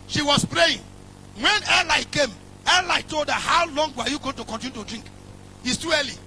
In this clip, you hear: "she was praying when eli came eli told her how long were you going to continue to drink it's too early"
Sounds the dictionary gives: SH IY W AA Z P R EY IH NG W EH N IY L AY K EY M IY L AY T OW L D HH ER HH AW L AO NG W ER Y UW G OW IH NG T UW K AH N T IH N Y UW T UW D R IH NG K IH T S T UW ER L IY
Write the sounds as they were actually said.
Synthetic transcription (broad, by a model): SH IY W AA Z P R EY IH NG W EH N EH L AY K EY M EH L AY T OW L D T HH AW L AO NG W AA Y UW G OW IH NG T UW K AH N T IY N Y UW T UW D R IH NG K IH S T UW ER L IY